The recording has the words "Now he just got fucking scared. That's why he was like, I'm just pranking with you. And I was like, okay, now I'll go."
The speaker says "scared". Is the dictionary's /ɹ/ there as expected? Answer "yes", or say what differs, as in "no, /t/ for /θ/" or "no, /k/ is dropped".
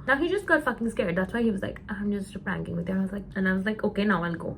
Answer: yes